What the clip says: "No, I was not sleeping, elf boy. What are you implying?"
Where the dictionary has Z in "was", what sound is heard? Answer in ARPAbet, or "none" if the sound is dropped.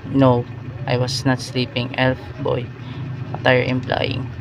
S